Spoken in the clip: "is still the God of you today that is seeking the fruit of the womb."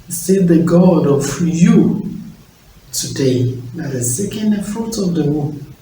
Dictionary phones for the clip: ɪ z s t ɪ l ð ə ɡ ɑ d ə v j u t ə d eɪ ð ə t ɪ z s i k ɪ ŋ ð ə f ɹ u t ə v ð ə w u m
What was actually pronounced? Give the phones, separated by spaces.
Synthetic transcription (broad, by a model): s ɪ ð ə ɡ ɑ d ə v j u t ə d eɪ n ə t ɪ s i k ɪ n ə f ɹ u t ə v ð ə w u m